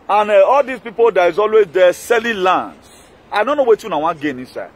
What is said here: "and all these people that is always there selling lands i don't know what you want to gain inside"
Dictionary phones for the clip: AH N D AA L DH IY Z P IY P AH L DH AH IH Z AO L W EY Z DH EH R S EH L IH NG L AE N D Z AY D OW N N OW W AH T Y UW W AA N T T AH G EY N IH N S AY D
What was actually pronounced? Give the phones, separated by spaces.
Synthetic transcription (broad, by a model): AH N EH AA L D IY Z P IY P AH L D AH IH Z AO L W EY Z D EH S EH L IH L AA N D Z AY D OW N N OW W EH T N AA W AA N G EY N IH N S AY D